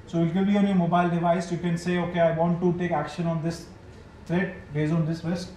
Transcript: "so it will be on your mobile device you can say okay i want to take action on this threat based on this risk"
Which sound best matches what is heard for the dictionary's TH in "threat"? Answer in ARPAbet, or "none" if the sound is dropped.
T